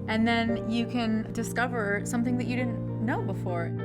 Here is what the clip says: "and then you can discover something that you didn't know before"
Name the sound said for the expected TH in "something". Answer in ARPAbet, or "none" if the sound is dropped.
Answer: TH